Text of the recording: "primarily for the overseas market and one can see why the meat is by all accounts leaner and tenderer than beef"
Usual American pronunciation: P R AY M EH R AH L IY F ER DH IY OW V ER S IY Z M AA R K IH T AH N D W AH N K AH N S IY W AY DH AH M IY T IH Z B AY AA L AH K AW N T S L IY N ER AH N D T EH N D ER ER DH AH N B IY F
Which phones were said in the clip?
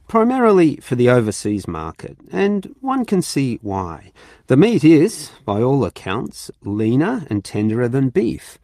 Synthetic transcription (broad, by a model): P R AY M EH R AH L IY F ER DH IY OW V ER S IY Z M AA R K IH T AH N W AH N K AH N S IY W AY DH AH M IY T IH Z B AY AA L AH K AW N T S L IY N ER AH N T EH N D ER ER DH AH N B IY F